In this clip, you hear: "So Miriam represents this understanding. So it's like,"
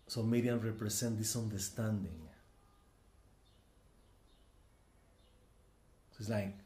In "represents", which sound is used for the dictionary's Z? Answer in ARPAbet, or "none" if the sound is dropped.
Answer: S